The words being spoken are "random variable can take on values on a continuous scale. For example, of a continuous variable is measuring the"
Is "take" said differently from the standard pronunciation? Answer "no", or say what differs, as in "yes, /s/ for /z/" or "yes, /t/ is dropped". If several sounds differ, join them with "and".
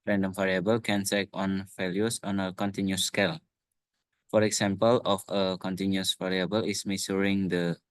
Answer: yes, /s/ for /t/